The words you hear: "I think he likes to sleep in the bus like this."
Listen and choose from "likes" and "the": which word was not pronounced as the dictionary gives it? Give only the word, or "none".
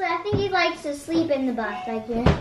likes